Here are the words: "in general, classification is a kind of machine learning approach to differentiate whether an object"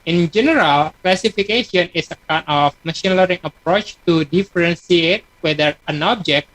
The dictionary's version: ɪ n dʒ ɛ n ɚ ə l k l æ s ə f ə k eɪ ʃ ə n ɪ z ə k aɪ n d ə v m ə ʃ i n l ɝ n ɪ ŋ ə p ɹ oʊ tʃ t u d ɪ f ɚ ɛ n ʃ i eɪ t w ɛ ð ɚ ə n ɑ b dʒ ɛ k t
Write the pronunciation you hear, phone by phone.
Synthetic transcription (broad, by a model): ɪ n dʒ ɛ n ɚ ə l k l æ s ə f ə k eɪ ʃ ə n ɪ s ə k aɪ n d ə f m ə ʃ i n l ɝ ɪ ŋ ə p ɹ oʊ tʃ t u d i f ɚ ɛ n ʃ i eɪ t w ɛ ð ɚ ə n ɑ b dʒ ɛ k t